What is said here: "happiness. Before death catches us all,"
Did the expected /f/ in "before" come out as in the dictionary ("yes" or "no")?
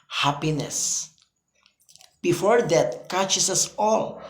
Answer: yes